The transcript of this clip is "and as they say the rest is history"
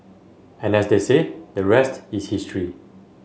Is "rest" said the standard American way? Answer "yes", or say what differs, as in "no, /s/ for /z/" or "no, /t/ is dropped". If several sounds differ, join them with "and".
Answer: yes